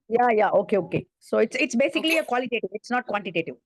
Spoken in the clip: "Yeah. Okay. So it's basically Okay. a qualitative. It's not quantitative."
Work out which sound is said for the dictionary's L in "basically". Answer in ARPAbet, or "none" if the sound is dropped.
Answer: none